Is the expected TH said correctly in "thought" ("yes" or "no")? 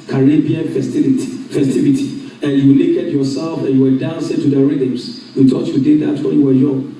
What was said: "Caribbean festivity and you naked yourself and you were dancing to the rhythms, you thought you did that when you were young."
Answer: no